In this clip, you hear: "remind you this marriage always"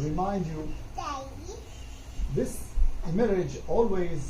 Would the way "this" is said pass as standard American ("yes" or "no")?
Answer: yes